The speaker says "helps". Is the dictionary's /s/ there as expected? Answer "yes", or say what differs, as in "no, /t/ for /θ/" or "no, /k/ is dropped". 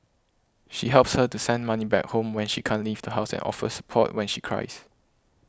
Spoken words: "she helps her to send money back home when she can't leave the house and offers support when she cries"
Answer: yes